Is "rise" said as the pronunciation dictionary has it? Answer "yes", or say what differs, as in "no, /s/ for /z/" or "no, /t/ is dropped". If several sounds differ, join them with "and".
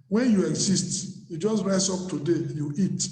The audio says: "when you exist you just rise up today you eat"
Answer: no, /s/ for /z/